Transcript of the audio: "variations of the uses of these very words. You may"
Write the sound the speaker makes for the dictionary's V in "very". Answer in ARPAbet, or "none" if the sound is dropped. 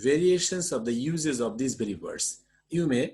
B